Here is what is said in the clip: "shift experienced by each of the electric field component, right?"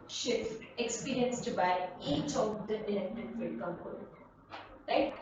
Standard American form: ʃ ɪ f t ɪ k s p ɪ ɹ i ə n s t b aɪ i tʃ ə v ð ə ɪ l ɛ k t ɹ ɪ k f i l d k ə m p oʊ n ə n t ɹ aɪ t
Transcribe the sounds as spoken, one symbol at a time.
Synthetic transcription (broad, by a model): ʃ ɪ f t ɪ k s p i ɹ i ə n s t b aɪ i tʃ ə v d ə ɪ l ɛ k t ɪ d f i d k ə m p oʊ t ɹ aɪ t